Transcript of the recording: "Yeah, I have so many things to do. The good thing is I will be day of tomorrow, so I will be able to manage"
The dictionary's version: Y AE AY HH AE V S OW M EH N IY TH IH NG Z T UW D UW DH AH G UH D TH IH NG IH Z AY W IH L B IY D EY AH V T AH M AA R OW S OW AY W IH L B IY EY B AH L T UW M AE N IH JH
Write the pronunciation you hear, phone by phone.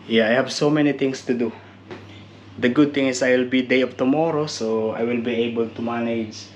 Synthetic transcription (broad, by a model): Y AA AY HH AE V S OW M EH N IY T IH NG S T UW D UW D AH G UH D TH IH NG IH S AY W IH L B IY D EY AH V T AH M AA R OW S OW AY W IH L B IY EY B AH L T UW M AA N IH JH